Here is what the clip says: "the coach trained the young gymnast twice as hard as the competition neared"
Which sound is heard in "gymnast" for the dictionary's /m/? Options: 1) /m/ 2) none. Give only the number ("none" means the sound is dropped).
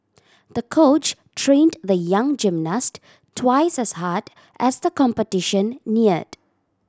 1